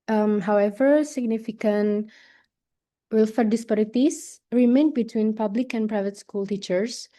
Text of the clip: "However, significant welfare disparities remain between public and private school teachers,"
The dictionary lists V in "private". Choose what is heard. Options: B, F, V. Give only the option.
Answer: V